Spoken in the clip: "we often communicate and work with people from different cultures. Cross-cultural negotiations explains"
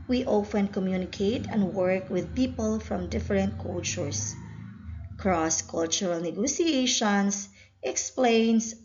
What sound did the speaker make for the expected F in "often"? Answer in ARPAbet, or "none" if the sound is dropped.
F